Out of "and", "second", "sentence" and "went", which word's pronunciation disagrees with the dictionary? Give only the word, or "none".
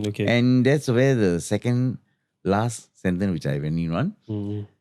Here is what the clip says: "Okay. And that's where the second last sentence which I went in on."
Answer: went